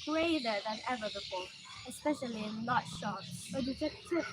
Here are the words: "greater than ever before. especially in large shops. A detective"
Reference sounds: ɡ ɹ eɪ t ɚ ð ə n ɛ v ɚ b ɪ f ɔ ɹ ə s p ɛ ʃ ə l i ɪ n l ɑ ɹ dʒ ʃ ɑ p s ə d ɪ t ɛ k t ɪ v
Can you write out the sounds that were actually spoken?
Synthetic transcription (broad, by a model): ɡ ɹ eɪ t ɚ ð ə n ɛ v ɚ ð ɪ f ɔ ə s p ɛ ʃ ə l i ɪ n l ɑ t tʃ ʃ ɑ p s ə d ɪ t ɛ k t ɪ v